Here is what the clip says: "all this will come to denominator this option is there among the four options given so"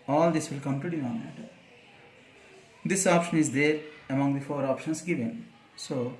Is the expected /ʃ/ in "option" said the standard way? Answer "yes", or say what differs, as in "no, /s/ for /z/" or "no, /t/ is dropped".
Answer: yes